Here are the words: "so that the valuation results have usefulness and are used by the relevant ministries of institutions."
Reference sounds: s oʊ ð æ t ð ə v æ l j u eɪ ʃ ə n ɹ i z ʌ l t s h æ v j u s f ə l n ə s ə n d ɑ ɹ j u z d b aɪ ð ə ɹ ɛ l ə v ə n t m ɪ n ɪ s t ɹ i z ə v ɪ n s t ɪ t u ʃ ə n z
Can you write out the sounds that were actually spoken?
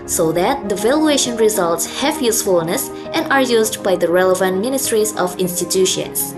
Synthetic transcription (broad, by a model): s oʊ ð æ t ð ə v æ l j u eɪ ʃ ə n ɹ i z ʌ l t s h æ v j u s f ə l n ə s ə n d ɑ ɹ j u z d b aɪ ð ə ɹ ɛ l ə v ə n t m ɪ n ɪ s t ɹ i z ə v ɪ n s t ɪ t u ʃ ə n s